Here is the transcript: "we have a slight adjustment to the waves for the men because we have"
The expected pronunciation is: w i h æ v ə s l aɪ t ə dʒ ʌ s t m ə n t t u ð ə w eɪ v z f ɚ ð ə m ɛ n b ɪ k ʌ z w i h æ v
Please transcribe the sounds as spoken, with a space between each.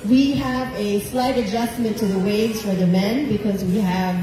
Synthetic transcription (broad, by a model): w i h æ v ə s l aɪ t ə dʒ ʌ s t m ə n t t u ð ə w eɪ z f ɚ ð ə m ɛ n b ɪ k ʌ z w i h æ v